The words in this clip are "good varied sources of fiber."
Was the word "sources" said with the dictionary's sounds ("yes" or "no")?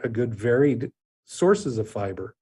yes